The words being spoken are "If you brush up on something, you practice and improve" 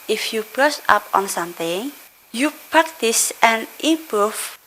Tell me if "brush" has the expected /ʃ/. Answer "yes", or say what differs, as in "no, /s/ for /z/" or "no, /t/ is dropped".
no, /s/ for /ʃ/